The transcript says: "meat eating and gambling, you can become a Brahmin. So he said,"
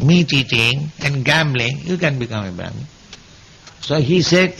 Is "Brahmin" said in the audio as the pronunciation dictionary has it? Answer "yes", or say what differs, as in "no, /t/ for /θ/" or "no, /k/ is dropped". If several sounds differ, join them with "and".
no, /ɹ/ is dropped